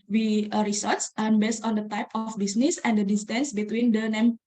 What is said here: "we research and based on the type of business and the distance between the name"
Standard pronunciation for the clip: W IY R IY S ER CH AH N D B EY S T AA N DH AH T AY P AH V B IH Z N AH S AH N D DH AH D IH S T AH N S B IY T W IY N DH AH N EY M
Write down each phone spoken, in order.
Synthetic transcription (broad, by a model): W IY R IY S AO S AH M B EY S T AA N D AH T AY P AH F B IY S N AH S AH N D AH D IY S T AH N S B IY T W IY N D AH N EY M